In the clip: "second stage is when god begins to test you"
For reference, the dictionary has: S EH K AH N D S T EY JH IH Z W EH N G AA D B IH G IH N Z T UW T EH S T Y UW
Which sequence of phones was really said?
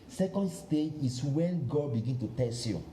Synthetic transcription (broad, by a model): S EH K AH N D S T EY JH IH S W EH N G AA D B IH G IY N T UW T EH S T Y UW